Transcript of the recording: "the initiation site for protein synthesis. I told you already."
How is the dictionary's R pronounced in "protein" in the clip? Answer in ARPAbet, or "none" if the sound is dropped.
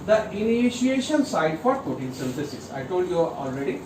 none